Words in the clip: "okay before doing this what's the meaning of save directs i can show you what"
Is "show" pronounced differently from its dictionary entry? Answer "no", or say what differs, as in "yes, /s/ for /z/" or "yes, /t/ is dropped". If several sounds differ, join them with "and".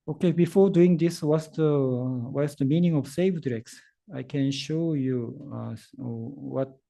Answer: no